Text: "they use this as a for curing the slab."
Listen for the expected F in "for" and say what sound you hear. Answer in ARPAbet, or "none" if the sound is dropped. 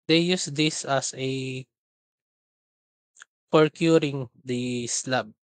P